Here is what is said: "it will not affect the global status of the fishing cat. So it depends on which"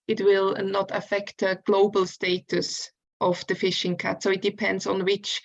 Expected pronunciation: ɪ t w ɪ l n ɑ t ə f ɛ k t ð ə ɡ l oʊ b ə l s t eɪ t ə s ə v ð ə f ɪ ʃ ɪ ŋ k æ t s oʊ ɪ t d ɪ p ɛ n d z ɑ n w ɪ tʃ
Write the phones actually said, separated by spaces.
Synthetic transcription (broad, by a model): ɪ t w ɪ l n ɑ t ə f ɛ k t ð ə ɡ l oʊ b ə l s t eɪ t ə s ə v ð ə f ɪ ʃ ɪ ŋ k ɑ t s oʊ ɪ t d ɪ p ɛ n d z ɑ n w ɪ tʃ